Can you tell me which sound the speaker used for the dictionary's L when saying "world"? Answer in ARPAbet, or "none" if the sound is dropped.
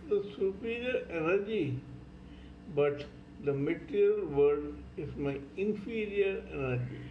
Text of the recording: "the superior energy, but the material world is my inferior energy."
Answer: none